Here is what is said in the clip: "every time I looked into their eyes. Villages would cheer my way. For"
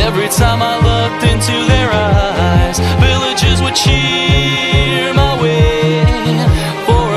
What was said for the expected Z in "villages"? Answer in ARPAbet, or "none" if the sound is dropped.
Z